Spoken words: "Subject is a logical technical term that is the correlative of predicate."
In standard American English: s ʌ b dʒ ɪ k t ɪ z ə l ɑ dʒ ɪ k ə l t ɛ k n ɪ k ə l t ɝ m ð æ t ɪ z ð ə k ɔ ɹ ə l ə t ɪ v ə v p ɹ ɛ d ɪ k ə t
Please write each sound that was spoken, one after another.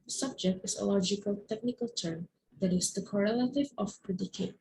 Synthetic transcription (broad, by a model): s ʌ b dʒ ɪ k t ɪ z ə l ɑ dʒ ɪ k ə l t ɛ k n ɪ k ə l t ɝ m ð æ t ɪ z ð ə k ɔ ɹ ə l ə t ɪ v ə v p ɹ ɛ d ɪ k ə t